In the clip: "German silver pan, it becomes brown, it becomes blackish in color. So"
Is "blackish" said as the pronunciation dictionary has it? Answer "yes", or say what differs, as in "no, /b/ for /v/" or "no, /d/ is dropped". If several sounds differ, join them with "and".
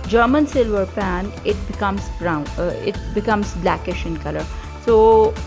yes